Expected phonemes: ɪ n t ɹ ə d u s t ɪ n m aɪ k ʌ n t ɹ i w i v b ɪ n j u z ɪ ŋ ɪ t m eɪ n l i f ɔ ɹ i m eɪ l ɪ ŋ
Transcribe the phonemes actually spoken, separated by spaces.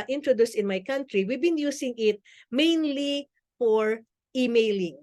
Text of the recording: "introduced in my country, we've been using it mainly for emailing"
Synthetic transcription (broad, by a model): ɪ n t ɹ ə d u s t ɪ n m aɪ k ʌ n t ɹ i w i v b ɪ n j u s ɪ ŋ ɪ t m eɪ n l i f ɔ ɹ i m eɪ l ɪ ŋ